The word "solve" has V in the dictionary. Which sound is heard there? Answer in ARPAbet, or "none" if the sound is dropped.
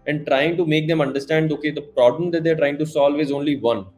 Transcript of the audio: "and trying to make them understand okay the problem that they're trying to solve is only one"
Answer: V